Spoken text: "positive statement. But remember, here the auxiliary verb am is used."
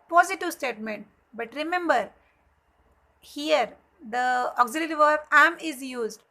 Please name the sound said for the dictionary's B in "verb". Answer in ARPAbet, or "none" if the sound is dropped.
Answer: none